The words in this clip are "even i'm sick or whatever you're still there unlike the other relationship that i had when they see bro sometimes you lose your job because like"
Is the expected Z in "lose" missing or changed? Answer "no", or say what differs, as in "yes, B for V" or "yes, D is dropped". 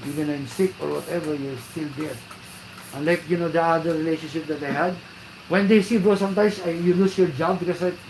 yes, S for Z